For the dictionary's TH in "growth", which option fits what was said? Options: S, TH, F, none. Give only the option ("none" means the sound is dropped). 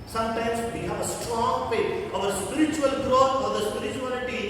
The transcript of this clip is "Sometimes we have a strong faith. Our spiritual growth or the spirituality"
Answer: F